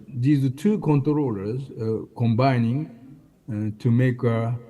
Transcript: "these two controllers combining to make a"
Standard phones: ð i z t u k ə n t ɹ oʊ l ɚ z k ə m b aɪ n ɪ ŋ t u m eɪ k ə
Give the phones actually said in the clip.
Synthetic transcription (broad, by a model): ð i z t u k ə n t ɹ oʊ l ɚ z k ə m b aɪ n ɪ ŋ t u m eɪ k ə